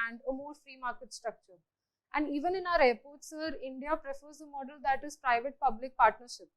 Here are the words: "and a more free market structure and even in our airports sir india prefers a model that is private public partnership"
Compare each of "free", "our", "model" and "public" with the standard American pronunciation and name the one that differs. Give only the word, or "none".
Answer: none